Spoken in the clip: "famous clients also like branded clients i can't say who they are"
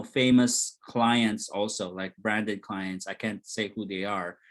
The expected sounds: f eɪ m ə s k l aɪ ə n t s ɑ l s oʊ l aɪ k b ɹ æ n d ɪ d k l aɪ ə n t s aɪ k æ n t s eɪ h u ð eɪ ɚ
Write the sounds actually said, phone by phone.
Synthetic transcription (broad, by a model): f eɪ m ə s k l aɪ ə n t s ɑ l s oʊ l aɪ k b ɹ æ n d ɪ d k l aɪ ə n t s aɪ k æ n t s eɪ h u ð eɪ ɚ